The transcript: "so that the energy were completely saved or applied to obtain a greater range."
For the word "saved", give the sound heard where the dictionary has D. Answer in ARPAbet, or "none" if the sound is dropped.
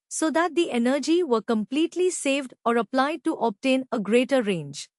D